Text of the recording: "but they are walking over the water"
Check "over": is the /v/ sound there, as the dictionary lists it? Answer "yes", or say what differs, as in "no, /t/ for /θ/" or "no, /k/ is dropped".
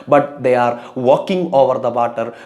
yes